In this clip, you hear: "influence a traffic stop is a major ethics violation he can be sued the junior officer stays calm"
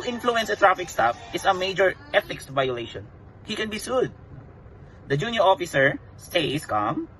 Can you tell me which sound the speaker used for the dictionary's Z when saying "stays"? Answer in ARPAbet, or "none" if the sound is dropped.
S